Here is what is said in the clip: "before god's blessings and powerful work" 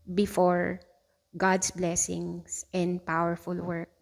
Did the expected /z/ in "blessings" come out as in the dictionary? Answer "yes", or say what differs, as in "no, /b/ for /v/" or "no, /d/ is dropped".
no, /s/ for /z/